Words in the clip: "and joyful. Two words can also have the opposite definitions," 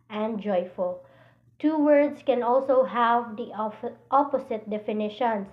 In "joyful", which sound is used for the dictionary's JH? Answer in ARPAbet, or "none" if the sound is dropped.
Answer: JH